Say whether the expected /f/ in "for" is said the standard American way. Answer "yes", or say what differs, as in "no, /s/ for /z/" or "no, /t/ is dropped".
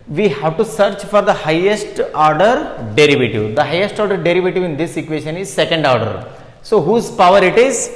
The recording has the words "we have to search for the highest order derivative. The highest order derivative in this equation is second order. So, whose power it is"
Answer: yes